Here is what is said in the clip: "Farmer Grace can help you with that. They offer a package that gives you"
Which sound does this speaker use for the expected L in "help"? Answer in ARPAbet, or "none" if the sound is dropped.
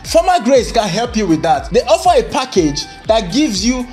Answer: L